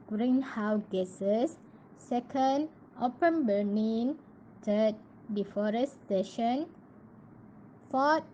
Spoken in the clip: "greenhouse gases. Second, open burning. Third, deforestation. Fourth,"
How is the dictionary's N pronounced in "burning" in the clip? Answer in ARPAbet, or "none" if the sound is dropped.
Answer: L